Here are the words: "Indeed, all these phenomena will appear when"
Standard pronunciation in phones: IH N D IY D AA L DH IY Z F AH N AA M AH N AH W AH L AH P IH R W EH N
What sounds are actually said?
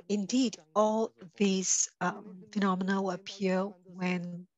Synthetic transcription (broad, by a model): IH N D IY D AA L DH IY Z F AH N AA M AH N AH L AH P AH AH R W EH N